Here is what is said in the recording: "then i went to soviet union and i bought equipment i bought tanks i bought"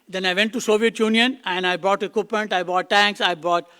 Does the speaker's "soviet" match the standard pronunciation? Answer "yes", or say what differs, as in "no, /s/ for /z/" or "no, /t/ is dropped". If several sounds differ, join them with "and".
yes